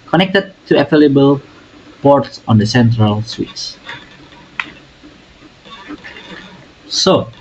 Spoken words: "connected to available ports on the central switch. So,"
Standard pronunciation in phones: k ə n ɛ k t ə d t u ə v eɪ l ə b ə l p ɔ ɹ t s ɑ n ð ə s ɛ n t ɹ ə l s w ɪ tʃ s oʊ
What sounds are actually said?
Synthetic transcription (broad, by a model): k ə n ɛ k t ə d t u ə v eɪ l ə b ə l p ɔ ɹ t s ɑ n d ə s ɛ n t ɹ ə l s w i s s oʊ